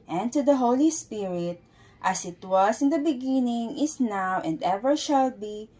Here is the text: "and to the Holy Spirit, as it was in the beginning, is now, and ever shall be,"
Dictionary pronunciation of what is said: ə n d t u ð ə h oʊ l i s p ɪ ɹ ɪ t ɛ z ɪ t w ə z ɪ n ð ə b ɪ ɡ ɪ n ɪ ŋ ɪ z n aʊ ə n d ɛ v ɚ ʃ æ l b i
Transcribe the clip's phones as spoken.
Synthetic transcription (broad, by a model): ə n t u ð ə h oʊ l i s p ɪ ɹ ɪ t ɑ s ɪ t w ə s ɪ n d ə b ɪ ɡ ɪ n ɪ ŋ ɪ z n aʊ ə n d ɛ v ɚ ʃ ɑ l b i